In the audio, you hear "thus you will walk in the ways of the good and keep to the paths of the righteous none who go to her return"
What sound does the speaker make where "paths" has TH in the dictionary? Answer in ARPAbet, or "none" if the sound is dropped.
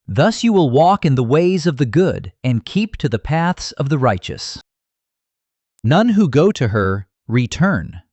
TH